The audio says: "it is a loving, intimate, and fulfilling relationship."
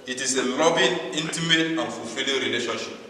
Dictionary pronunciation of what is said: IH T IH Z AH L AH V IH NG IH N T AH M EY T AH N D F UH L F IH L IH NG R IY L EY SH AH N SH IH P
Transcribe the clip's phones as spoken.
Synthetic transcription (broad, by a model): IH T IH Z AH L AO B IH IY N T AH M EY T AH N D F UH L F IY L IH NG R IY L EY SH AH N SH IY P